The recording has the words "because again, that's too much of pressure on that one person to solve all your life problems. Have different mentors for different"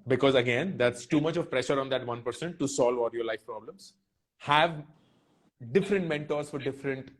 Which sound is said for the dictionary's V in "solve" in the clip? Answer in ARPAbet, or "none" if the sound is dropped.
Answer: V